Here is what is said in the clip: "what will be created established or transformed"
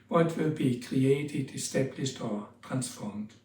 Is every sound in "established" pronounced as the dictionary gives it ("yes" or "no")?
no